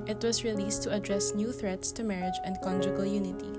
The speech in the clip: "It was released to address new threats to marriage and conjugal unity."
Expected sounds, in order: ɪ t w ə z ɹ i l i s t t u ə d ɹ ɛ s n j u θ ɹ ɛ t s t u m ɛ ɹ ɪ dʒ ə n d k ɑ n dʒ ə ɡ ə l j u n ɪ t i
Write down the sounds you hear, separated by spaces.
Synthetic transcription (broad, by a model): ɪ t w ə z ɹ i l i s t t u ə d ɹ ɛ s n j u θ ɹ ɛ t s t u m ɛ ɹ ɪ dʒ ə n d k ɑ n dʒ ə ɡ ə l j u n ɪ t i